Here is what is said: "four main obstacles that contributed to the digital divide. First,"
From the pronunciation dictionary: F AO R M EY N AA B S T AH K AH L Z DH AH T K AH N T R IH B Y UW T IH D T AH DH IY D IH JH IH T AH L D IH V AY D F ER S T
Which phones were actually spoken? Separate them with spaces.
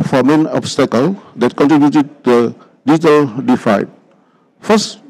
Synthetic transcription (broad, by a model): F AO M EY N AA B S T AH K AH L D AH T K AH N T R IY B Y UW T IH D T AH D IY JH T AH L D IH F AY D F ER S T